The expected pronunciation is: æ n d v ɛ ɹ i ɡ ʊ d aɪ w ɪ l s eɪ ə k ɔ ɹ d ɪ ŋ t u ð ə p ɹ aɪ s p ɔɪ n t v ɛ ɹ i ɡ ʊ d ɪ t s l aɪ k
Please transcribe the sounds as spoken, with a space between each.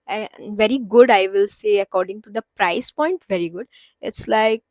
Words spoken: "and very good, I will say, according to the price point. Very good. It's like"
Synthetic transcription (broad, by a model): v ɛ ɹ i ɡ ʊ d aɪ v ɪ l s eɪ ə k ɔ ɹ d ɪ ŋ t u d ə p ɹ aɪ s p ɔɪ n t v ɛ ɹ i ɡ ʊ d ɪ t s l aɪ k